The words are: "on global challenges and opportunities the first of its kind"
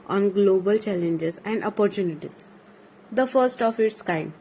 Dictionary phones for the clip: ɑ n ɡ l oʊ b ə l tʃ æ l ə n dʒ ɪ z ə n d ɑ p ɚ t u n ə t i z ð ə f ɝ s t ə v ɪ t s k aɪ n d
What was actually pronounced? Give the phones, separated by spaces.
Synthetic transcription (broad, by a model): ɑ n ɡ l oʊ b ə l tʃ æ l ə n dʒ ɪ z ə n d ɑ p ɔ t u n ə t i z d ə f ɝ s t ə f ɪ t s k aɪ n